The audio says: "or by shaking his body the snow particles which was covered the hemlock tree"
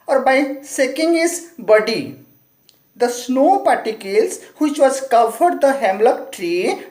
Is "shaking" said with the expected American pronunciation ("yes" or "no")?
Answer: no